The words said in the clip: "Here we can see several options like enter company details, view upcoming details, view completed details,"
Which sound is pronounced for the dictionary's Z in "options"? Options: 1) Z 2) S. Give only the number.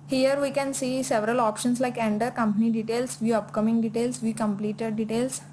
2